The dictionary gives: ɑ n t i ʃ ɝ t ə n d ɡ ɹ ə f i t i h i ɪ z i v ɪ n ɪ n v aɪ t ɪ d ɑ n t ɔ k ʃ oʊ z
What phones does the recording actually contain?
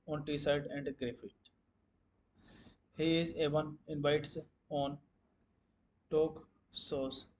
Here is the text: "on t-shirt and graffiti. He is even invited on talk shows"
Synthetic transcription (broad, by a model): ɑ n t i s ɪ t ə n d ɡ ɹ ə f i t h i ɪ z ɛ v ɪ n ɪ n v aɪ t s ɑ n t ɔ k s oʊ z